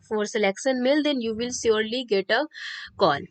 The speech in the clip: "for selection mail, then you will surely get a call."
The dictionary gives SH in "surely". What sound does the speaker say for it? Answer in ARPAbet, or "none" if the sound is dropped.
S